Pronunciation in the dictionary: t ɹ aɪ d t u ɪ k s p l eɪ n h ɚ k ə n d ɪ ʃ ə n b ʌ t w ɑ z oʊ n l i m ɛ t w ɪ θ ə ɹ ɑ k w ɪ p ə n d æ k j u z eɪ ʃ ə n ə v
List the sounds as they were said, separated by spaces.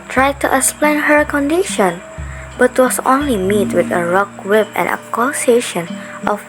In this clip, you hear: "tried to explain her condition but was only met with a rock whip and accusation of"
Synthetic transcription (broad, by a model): t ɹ aɪ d t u ɪ k s p l eɪ n h ɚ k ə n d ɪ ʃ ə n b ʌ t w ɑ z oʊ n l i m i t w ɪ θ ə ɹ ɑ k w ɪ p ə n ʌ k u s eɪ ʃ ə n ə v